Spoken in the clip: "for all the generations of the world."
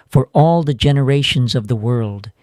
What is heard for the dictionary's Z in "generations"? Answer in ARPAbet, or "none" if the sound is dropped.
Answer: Z